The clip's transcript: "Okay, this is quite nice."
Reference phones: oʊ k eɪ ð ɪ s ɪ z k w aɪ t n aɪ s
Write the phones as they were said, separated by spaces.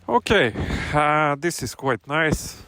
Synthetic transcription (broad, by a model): oʊ k eɪ ð ɪ s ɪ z k w aɪ t n aɪ s